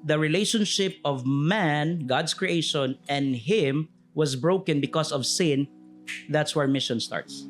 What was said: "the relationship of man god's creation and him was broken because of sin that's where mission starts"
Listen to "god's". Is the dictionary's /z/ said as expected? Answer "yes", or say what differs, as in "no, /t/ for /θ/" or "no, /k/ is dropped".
no, /s/ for /z/